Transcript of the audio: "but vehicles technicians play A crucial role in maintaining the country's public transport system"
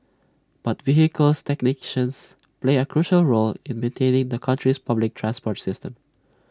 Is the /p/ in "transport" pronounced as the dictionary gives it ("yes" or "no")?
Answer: yes